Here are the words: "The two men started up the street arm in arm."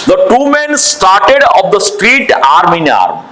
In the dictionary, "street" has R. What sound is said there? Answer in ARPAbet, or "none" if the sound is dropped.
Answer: R